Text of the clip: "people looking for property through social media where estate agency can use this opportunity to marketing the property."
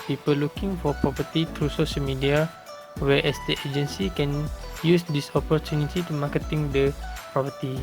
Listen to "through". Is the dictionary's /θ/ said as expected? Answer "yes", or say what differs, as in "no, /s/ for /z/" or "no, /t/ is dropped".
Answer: no, /t/ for /θ/